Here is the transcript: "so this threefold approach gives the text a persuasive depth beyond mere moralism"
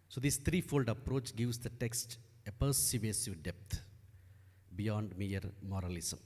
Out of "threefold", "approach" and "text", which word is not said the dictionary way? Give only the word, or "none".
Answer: threefold